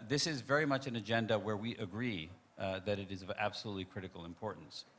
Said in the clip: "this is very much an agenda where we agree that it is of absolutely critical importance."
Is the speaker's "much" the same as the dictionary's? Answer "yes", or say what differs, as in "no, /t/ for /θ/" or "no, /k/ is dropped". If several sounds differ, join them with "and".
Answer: yes